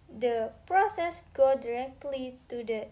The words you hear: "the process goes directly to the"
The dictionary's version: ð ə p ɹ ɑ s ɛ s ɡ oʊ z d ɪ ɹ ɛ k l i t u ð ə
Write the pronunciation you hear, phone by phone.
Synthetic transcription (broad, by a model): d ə p ɹ ɑ s ɛ s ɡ oʊ d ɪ ɹ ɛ k l i t u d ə